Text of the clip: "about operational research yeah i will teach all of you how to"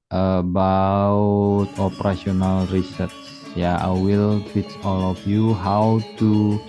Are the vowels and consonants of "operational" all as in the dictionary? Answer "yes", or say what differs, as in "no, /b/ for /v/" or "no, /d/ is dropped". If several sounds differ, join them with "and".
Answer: no, /s/ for /ʃ/